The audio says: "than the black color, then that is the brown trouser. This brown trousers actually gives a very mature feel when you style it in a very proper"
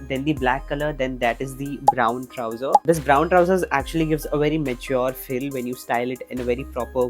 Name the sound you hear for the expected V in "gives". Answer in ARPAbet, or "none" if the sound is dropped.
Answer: V